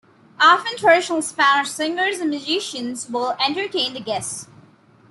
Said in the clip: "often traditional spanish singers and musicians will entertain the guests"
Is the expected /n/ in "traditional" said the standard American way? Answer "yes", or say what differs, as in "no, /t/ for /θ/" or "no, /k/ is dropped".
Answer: no, /n/ is dropped